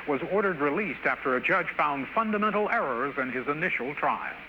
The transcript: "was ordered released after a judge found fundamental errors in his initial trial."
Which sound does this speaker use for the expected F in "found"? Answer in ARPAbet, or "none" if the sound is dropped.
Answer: F